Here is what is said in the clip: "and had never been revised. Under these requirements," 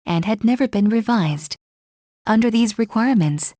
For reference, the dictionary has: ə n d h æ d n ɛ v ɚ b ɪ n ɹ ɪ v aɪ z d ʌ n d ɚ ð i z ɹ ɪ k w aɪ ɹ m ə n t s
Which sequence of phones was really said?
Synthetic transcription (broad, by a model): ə n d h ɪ d n ɛ v ɚ b ɪ n ɹ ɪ v aɪ z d ʌ n d ɚ ð i z ɹ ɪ k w aɪ ɹ m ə n t s